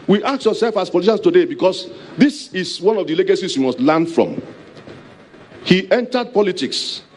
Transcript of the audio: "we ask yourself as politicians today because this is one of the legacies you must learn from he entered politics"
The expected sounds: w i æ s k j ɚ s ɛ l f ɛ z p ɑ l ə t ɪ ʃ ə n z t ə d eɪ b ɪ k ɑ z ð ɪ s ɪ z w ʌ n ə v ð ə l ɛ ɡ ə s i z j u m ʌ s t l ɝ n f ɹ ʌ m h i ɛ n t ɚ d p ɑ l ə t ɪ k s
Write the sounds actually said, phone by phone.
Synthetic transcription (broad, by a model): w i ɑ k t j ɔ s ɛ l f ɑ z p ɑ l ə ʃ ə n s t ə d eɪ b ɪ k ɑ s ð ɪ s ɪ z w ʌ n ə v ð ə l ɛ ɡ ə s i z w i m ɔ s t l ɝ n f ɹ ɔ m h i ɛ n t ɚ d p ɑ l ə t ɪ k s